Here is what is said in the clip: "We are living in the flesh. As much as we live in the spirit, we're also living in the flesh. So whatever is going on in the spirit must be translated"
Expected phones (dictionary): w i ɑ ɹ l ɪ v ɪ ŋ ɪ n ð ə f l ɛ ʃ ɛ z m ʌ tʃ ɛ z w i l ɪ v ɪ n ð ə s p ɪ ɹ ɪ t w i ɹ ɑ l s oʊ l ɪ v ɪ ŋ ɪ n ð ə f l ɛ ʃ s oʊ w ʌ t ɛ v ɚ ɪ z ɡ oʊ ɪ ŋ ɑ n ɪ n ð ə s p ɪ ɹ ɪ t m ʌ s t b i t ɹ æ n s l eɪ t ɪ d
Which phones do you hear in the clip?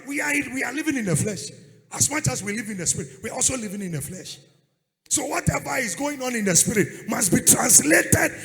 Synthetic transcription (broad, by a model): w i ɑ w l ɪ v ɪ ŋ ɪ n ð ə f l ɛ ʃ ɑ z m ʌ tʃ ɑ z w i l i v ɪ n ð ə s p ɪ ɹ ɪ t w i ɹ ɑ l s oʊ l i v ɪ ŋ ɪ n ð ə f l ɛ ʃ s oʊ w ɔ t ɛ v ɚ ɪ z ɡ oʊ ɪ ŋ ɑ n ɪ n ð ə s p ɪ ɹ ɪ t m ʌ s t b i t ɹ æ n s l eɪ t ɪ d